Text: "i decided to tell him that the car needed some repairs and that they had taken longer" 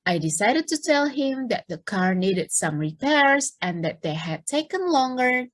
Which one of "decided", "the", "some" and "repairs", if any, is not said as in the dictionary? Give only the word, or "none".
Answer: none